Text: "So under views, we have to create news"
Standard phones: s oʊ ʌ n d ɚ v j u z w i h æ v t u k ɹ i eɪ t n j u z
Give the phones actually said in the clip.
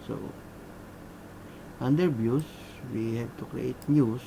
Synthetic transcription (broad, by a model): s oʊ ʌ n d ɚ b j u s w i h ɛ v t u k ɹ i eɪ t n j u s